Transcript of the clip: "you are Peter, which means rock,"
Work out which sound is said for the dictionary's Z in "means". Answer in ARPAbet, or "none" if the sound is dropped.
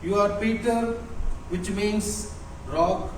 S